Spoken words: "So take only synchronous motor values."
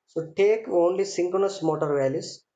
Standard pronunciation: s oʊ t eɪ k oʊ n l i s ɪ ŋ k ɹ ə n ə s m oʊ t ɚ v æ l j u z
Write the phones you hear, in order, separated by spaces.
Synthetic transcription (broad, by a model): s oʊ t eɪ k oʊ n l i s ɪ ŋ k ə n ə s m oʊ t ɚ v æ l j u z